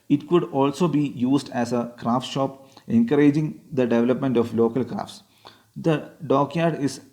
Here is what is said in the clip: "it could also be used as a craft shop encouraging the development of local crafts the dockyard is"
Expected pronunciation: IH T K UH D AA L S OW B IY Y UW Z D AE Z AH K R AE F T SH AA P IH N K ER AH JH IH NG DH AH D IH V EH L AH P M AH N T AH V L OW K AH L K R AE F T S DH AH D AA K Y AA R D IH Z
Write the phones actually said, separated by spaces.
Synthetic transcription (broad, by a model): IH T K UH D AA L S OW B IY Y UW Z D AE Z AH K R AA F T SH AA P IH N K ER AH JH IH NG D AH D IH V EH L AH P M AH N T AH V L OW K AH L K R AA F T S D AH D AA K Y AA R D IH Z